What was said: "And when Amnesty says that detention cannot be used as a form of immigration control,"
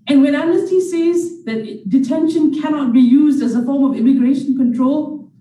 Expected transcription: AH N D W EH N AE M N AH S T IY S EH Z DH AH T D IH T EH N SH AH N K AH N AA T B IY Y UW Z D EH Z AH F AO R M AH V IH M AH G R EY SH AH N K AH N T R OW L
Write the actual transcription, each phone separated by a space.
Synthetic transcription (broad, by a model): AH N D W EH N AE N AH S T IY S EH Z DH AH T D IH T EH N SH AH N K AH N AA T B IY Y UW Z D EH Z AH F AO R M AH V IH M AH G R EY SH AH N K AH N T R OW L